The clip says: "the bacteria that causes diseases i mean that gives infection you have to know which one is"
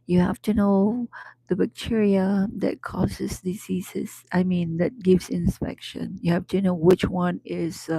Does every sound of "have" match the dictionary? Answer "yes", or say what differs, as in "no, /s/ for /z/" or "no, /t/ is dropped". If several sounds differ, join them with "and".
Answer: no, /f/ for /v/